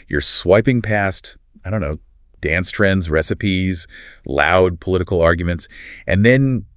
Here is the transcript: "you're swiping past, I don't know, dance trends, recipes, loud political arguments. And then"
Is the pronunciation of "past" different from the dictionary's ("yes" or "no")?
no